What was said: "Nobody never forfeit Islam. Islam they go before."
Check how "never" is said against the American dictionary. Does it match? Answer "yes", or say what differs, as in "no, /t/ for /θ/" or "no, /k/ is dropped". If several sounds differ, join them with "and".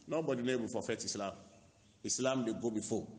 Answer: no, /b/ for /v/